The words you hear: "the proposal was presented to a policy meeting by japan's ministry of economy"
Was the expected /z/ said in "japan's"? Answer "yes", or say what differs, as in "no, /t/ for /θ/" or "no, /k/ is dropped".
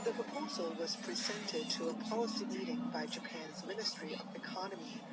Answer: yes